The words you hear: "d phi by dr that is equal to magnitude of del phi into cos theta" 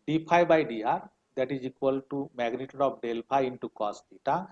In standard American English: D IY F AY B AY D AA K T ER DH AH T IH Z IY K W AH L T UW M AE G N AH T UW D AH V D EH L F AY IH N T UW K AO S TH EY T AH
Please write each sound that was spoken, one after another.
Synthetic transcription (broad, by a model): D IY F AY B AY D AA T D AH T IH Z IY K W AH L T UW M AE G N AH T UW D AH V D EH L P AY IH N T UW K AO S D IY T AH